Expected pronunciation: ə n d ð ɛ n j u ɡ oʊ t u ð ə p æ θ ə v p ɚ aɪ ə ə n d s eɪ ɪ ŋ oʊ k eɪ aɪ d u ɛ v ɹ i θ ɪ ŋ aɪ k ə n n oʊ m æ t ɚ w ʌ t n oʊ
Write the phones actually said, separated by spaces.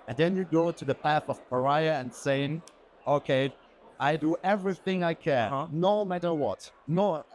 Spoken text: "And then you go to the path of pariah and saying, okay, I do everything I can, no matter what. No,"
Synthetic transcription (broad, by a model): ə n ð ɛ n j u ɡ oʊ t u ð ə p æ θ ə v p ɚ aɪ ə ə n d s eɪ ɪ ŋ oʊ k eɪ aɪ d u ɛ v ɹ i θ ɪ ŋ aɪ k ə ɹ n oʊ m æ t ɚ w ʌ t n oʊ